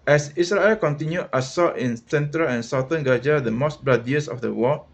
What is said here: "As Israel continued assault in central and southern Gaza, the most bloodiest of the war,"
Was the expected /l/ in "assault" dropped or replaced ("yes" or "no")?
yes